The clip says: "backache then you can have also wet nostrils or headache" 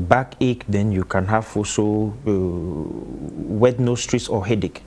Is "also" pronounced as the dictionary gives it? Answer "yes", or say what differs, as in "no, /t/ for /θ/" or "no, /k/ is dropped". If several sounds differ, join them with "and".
no, /l/ is dropped